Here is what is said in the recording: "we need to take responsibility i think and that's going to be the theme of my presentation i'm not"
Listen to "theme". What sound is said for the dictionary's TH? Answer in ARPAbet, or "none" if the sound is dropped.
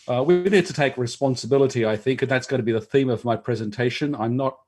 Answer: TH